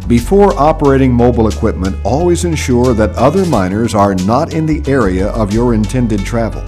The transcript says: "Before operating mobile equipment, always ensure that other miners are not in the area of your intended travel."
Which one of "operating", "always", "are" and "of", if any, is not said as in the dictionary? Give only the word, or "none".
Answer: none